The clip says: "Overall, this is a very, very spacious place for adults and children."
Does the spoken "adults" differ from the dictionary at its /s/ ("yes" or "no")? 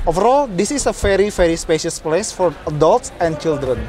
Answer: no